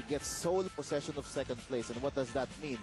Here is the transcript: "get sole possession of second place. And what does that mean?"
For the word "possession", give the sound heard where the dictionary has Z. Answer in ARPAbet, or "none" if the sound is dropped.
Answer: S